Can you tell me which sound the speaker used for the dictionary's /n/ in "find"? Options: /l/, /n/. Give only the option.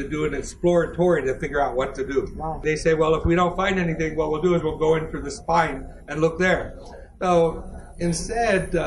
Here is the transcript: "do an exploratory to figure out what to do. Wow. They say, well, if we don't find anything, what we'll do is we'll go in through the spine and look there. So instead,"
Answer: /n/